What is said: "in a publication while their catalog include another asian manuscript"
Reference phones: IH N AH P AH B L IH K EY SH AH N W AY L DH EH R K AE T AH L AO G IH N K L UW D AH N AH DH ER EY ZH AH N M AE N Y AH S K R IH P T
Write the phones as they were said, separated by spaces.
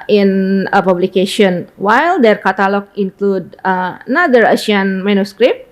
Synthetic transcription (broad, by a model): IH N AH P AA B L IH K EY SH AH N W AY L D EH R K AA T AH L AO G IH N K L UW D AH N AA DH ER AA SH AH N M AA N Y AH S K R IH P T